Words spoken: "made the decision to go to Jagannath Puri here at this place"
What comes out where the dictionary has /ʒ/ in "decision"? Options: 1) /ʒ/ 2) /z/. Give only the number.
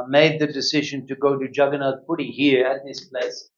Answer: 1